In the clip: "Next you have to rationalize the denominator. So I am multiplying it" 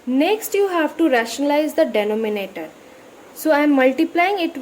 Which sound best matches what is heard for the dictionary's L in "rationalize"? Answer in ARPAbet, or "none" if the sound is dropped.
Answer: L